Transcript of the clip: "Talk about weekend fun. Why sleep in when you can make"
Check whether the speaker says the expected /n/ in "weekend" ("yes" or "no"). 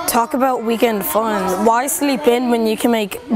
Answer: yes